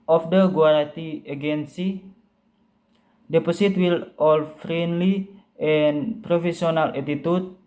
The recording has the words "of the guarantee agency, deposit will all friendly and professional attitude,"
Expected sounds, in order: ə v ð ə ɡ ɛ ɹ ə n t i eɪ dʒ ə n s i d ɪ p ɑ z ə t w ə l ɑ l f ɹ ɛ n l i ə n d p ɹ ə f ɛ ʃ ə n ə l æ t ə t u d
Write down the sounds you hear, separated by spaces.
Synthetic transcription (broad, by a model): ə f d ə ɡ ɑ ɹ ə t i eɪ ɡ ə n s i d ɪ p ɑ s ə t w ə l ɑ l f ɹ ɛ n l i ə n p ɹ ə f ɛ s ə n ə l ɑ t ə t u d